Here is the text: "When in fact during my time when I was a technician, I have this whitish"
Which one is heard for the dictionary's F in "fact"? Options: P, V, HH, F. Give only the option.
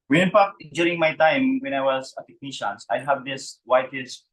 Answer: P